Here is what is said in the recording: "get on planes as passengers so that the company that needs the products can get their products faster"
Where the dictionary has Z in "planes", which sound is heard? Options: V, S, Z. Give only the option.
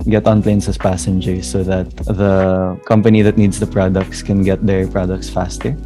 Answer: S